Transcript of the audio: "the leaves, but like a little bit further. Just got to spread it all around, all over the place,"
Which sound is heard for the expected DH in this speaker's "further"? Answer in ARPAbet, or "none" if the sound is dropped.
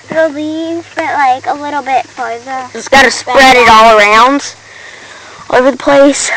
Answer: none